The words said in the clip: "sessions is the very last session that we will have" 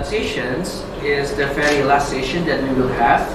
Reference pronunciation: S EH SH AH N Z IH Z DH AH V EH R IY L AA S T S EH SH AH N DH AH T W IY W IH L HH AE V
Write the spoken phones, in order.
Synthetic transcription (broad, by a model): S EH SH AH N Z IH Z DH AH F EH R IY L AA S T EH SH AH N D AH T W IY W IH L HH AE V